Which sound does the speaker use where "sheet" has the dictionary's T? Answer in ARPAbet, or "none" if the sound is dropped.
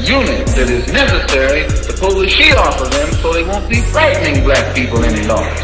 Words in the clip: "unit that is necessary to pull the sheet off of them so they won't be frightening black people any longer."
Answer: none